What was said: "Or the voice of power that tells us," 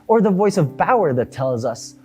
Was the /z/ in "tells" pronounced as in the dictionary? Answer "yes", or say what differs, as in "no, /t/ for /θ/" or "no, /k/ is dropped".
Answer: yes